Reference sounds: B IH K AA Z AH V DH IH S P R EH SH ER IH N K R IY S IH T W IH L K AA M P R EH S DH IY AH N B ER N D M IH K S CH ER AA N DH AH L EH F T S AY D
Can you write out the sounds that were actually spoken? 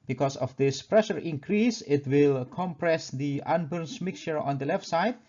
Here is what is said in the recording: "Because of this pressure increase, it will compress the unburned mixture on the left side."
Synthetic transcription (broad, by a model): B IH K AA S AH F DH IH S P R EH SH ER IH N K R IY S IH T W IH L K AA M P R EH S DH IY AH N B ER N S M IH K S CH ER AA N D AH L EH F T S AY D